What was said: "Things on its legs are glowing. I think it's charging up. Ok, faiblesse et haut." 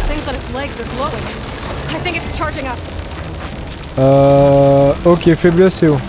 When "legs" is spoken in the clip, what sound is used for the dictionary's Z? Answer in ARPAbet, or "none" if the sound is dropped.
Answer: Z